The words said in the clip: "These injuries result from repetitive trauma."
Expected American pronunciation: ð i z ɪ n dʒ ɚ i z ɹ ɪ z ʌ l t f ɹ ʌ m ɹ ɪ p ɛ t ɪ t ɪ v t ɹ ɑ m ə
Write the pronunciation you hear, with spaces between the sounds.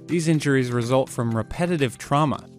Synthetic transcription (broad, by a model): ð i z ɪ n dʒ ɚ i z ɹ ɪ z ʌ l t f ɹ ʌ m ɹ ɪ p ɛ t ɪ t ɪ v t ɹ ɑ m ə